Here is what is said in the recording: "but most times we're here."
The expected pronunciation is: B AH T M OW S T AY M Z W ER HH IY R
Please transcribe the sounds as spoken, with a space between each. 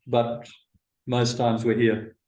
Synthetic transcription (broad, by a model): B AH T M OW S T AY M Z W ER HH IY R